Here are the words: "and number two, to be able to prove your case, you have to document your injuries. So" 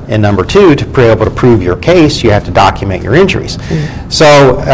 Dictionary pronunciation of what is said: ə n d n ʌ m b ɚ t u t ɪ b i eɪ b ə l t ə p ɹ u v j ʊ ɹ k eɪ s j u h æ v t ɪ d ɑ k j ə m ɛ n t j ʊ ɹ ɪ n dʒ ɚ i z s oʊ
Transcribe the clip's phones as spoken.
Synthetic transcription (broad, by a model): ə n n ʌ m b ɚ t u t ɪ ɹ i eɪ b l t ə p ɹ u v j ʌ ɹ k eɪ s j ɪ h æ f t ɪ d ɑ k j m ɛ n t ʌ ɹ ɪ n dʒ ɚ i z s oʊ